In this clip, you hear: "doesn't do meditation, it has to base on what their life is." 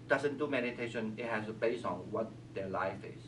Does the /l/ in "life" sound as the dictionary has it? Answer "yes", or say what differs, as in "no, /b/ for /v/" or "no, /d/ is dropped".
yes